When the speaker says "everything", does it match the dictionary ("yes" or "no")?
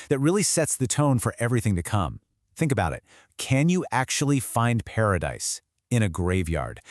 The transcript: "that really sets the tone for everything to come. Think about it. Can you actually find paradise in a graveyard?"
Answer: yes